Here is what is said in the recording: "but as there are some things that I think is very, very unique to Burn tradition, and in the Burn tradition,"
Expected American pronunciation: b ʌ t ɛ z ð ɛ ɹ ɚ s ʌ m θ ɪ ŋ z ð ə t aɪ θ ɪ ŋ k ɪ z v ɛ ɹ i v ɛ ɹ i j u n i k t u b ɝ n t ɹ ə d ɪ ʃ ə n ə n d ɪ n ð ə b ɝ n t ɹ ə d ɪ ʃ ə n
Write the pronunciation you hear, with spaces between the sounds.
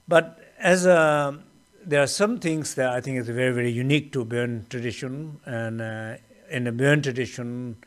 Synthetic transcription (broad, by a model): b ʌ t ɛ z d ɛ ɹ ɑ s ʌ m t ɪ ŋ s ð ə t aɪ t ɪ ŋ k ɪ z v ɛ ɹ i v ɛ ɹ i j u n i k t u b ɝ n t ɹ ə d ɪ ʃ ə n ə n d ɪ n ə b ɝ n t ɹ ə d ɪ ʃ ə n